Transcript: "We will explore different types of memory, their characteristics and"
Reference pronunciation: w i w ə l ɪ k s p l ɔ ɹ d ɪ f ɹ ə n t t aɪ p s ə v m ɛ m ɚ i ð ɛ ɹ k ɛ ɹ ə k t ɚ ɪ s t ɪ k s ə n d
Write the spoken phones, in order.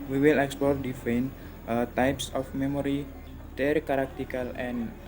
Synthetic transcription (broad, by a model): w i w ə l ɪ k s p l ɔ ɹ d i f ə n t t aɪ p s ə f m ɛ m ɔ i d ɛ ɹ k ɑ ɹ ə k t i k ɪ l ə n